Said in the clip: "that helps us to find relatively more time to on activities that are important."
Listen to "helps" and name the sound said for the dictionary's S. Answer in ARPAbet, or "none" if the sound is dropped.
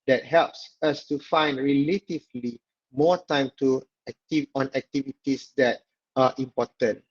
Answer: S